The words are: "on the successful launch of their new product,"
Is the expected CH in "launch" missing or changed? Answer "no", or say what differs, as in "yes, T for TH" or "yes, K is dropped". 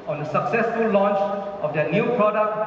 no